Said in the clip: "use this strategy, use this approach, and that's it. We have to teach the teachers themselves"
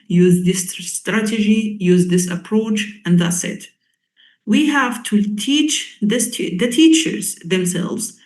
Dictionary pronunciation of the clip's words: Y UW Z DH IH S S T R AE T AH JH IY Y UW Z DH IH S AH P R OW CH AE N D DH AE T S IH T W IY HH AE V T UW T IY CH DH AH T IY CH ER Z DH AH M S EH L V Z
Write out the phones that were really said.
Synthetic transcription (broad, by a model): Y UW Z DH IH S S T R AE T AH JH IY Y UW Z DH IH S AH P R OW CH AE N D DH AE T S IH T W IY HH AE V T UW T IY CH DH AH T IY CH ER Z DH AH M S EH L V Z